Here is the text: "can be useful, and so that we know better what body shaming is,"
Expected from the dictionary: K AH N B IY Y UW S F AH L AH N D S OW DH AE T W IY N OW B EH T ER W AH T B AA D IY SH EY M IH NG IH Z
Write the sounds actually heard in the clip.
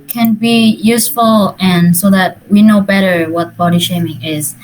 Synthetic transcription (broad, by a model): K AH N B IY Y UW S F AH L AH N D S OW DH AE T W IY N OW B EH T ER W AH T B AA D IY SH EY M IH NG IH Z